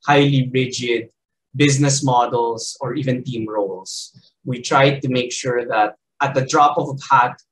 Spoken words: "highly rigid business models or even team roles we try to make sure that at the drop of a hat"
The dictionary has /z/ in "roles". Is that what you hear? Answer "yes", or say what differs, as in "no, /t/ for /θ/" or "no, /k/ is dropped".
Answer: no, /s/ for /z/